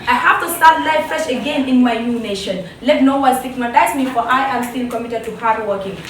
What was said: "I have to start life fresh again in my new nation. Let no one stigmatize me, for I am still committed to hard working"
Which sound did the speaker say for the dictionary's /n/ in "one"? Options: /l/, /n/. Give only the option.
/l/